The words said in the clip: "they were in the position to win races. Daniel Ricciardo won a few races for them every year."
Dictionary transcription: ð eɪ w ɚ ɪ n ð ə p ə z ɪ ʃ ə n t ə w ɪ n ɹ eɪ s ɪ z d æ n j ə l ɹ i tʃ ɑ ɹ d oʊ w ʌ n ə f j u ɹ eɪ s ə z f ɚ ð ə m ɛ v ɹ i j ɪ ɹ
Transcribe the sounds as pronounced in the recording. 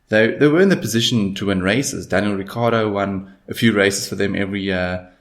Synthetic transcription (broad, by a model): ð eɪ w ɚ ɪ n ð ə p ə z ɪ ʃ ə n t ə w ɪ n ɹ eɪ s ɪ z d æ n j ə l ɹ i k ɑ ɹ d oʊ w ʌ n ə f j u ɹ eɪ s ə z f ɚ ð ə m ɛ v ɹ i j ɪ